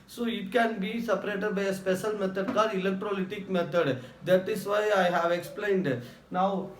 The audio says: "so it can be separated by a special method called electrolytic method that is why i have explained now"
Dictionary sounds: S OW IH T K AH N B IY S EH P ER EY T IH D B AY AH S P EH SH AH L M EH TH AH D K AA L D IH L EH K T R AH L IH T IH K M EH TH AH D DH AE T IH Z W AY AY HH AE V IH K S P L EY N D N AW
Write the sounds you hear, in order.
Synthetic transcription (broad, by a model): S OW IH T K AH N B IY S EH P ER EY T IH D B AY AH S P EH SH AH L M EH T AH D K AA D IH L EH K T R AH L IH T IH K M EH T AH D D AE T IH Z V AY AY HH AE V IH K S P L EY N D N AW